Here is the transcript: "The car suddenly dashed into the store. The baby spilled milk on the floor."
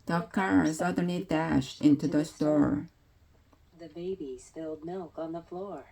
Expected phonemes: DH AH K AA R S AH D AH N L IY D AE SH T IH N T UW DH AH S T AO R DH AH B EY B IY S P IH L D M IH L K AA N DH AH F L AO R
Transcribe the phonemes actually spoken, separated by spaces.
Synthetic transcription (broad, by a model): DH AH K AA R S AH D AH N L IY D AE SH T IH N T UW DH AH S T AO R DH AH B EY B IY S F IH L D M IH L K N DH AH F L AO R